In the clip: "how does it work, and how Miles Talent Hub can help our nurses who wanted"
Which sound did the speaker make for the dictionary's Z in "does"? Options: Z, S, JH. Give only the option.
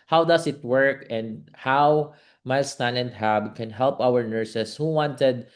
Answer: S